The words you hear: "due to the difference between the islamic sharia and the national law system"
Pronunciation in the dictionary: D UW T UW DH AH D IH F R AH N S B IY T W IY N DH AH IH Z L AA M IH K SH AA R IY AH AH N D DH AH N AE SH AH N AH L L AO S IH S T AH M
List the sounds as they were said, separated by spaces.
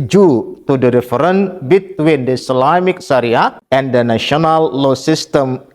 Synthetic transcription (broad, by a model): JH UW T UW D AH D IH F R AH N B IY T W IY N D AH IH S L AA M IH K S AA R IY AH AH N D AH N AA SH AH N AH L L AO S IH S T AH M